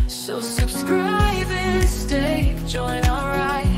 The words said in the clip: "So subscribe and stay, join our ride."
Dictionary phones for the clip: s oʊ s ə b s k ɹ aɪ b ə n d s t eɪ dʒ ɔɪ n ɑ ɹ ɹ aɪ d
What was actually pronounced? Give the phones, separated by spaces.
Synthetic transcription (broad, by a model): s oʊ s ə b s k ɹ aɪ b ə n s t eɪ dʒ ɔɪ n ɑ l ɹ aɪ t